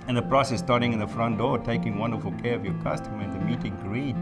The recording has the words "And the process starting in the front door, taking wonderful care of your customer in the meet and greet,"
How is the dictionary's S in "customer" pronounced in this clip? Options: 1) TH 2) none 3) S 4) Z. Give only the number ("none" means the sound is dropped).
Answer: 3